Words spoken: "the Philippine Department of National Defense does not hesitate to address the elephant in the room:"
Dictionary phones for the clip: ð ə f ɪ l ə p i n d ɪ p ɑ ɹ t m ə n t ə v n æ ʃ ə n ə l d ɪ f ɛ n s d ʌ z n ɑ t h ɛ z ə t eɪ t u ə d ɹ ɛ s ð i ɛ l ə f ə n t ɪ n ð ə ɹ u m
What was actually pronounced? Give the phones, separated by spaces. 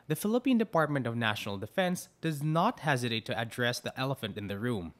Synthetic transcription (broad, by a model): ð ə f ɪ l ə p i n d ɪ p ɑ ɹ t m ə n t ə v n æ ʃ ə n ə l d ɪ f ɛ n s d ʌ z n ɑ t h ɛ z ə t eɪ t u ə d ɹ ɛ s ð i ɛ l ə f ə n t ɪ n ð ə ɹ u m